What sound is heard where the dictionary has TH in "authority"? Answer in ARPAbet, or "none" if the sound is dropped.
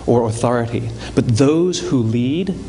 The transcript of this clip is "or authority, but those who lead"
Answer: TH